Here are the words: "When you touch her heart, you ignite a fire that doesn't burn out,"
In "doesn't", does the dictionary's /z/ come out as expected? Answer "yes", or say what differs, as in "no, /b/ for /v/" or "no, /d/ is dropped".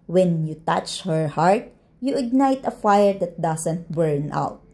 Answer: no, /s/ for /z/